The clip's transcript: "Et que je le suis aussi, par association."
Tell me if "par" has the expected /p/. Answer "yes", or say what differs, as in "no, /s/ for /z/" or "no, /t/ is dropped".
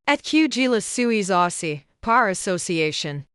yes